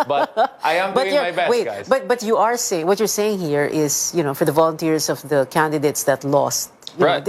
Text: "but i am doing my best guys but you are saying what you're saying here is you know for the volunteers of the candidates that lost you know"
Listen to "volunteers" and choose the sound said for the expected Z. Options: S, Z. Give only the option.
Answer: S